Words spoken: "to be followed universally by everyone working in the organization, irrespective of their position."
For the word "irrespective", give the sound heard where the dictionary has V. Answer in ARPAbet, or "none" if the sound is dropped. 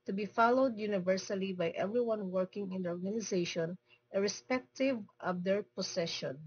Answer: V